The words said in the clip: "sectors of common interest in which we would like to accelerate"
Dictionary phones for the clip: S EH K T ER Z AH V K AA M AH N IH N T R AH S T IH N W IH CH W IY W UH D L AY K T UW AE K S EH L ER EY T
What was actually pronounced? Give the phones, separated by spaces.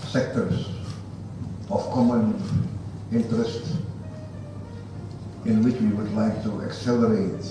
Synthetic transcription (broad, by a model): S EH K T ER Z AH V K AA M AH N IH N T R AH S T IH N W IH CH W IY W UH D L AY K T UW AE K S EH L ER EY T